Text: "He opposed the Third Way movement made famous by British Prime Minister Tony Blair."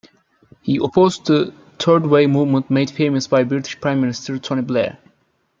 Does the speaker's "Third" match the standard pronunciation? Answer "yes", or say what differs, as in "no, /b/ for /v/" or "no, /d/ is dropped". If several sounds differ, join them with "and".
no, /t/ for /θ/